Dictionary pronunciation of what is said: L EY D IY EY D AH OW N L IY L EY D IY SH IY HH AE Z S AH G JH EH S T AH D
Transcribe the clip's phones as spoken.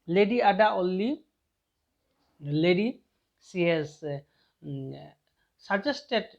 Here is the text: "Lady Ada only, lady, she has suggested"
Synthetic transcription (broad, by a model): L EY D IY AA D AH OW L IY L EY D IY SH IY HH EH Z S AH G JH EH S T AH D